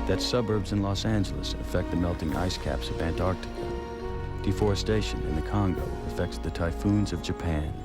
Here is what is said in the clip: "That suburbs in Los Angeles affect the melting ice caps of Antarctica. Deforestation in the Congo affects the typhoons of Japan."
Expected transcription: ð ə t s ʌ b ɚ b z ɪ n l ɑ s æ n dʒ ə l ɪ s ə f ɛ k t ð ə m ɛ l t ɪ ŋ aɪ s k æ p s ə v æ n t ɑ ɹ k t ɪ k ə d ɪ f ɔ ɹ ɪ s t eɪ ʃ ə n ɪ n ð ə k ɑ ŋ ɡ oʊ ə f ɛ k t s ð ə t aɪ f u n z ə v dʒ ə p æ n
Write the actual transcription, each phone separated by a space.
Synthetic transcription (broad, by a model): ð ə t s ʌ b ɚ b z ɪ n l ɑ s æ n dʒ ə l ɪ s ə f ɛ k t ð ə m ɛ l t ɪ ŋ aɪ s k æ p s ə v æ n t ɑ ɹ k t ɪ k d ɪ f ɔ ɹ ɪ s t eɪ ʃ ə n ɪ n ð ə k ɑ ŋ ɡ oʊ ə f ɛ k t s ð ə t aɪ f u n z ə v dʒ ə p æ n